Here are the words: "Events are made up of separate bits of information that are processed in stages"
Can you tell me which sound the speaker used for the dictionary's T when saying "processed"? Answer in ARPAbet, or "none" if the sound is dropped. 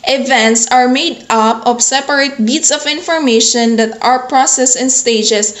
none